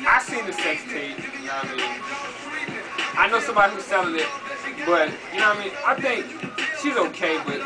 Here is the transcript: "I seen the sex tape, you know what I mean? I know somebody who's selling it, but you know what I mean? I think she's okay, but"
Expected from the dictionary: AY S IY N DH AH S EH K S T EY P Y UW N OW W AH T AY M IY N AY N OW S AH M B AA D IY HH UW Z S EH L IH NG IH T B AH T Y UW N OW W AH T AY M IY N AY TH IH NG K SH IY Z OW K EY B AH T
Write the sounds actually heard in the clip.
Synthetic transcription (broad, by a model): AY S IY N DH AH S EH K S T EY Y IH N OW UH AY M IY N AY N OW S AH M B AA D IY HH UW Z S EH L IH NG IH T B AH T Y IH N OW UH AY M IY N AY TH IH NG K SH IY Z OW K EY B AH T